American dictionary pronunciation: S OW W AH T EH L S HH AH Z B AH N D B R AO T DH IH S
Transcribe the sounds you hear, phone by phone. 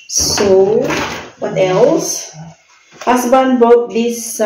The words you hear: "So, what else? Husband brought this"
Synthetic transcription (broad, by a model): S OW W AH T EH L S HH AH S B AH N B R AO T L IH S